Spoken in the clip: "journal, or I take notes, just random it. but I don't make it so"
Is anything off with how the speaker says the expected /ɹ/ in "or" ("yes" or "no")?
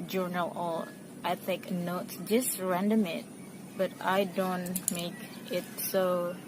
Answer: yes